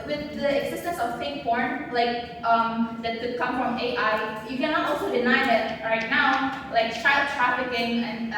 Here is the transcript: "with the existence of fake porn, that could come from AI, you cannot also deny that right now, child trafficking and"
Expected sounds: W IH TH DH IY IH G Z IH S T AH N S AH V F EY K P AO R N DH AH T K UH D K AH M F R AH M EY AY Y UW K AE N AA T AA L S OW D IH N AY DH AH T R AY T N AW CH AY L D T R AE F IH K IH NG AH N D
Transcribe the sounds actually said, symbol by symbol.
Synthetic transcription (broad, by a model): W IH DH IY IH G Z IH S T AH N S AH V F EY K B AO R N DH AH T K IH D K AH M F R AH M EY AY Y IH K AE N AA T AA L S OW D IH N AY DH AH T R AY T N AW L AY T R T R AE F IH K IH NG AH N